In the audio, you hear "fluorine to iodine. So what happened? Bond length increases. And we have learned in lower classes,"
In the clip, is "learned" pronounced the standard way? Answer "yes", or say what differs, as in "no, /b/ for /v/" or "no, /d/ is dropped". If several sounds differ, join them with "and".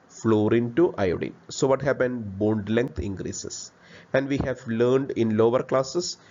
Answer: yes